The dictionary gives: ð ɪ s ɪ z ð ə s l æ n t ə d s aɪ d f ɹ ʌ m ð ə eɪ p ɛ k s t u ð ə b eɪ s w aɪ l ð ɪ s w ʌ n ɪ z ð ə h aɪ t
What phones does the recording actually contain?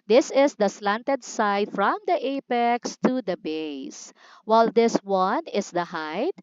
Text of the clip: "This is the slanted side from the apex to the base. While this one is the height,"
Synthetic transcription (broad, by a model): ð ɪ s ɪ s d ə s l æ n t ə d s aɪ d f ɹ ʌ m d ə eɪ p ɛ k s t u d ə b eɪ s w aɪ l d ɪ s w ʌ n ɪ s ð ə h aɪ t